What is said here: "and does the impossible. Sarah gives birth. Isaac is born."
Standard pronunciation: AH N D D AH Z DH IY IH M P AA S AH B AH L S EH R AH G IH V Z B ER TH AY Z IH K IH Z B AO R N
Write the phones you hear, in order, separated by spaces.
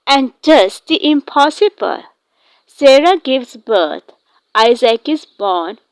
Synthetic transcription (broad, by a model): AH N D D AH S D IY IH M P AA S AH B AH L S EH R AH G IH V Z B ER T AY Z IH K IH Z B AO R N